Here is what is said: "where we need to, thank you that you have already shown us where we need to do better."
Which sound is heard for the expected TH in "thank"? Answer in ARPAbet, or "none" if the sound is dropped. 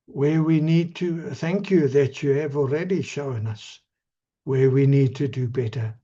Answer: TH